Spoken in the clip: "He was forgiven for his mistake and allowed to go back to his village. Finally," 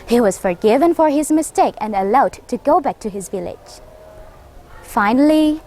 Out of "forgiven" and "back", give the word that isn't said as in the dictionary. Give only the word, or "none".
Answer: none